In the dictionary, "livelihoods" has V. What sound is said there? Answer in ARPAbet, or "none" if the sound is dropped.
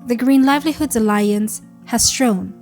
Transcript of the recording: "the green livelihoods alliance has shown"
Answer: V